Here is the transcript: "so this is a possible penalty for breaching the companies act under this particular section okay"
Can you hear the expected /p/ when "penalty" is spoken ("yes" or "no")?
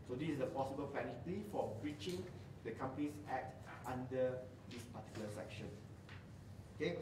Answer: no